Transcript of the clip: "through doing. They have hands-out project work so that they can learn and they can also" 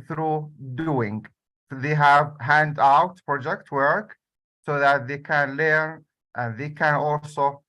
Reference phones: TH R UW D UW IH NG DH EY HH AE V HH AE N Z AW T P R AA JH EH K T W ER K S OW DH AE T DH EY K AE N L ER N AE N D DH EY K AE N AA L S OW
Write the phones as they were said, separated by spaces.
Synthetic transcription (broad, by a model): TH R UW D UW IH NG DH EY HH AE V HH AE N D AW T P R AA JH EH K T W ER K S OW DH AE T DH EY K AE N L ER N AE N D DH EY K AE N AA L S OW